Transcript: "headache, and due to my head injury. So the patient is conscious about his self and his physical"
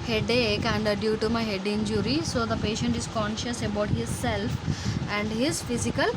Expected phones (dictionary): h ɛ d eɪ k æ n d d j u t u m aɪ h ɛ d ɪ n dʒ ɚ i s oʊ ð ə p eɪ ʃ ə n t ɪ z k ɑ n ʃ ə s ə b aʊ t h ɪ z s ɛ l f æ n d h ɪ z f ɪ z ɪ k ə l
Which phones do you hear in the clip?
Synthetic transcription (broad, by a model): h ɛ d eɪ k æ n d d j u t u m aɪ h ɛ d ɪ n dʒ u i s oʊ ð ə p eɪ ʃ ə n t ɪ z k ɑ n ʃ ə s ə b aʊ t h ɪ z s ɛ l f æ n d h ɪ z f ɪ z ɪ k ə l